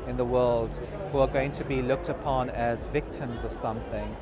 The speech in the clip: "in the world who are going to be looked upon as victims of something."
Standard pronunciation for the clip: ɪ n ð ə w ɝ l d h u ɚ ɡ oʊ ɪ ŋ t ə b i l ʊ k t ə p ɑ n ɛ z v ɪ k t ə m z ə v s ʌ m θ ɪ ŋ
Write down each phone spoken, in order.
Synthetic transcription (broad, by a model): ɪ n ð ə w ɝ l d h u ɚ ɡ oʊ ɪ ŋ t ə b i l ʊ k t ə p ɑ n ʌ z v ɪ k t ə m z ə v s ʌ m θ ɪ ŋ